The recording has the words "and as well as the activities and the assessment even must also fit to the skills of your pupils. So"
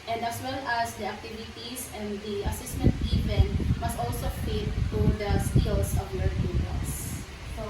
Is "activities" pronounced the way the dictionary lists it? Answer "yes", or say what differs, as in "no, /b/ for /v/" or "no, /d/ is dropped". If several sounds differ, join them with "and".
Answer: no, /s/ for /z/